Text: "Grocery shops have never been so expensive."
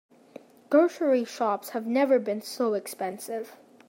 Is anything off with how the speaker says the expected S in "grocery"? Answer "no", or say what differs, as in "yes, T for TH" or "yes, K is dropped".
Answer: yes, SH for S